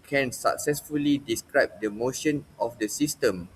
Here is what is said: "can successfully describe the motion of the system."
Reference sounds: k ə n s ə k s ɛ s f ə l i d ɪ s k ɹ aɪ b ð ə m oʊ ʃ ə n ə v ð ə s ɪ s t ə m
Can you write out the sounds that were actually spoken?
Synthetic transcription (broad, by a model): k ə n s ə k s ɛ s f ə l i d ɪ s k ɹ aɪ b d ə m oʊ ʃ ə n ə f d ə s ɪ s t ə m